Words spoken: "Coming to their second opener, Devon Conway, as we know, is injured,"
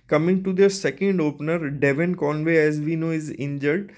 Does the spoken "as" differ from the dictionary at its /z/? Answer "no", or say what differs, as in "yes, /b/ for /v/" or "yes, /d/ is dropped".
no